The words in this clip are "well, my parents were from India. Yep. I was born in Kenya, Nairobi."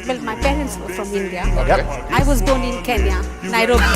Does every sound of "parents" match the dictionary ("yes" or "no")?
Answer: yes